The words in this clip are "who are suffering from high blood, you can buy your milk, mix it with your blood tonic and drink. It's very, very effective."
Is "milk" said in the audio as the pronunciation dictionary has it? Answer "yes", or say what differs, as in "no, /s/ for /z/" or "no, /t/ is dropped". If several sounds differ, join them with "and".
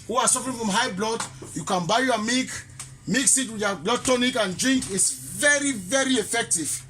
no, /l/ is dropped